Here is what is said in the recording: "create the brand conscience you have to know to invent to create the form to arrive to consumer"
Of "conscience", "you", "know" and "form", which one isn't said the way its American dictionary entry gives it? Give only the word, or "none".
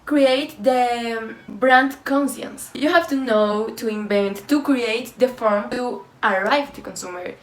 conscience